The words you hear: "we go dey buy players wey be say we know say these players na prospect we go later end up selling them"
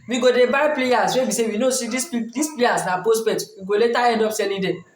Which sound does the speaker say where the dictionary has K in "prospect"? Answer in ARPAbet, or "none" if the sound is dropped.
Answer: none